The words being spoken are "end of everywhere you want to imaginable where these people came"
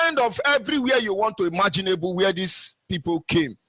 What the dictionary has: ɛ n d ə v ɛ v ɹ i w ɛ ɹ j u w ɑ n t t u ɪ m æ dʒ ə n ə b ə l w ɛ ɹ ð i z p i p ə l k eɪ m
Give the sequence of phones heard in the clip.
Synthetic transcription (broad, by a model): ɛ n d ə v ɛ v ɹ i w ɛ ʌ j u w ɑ n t t u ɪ m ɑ dʒ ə n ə b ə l w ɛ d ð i s p i p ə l k eɪ m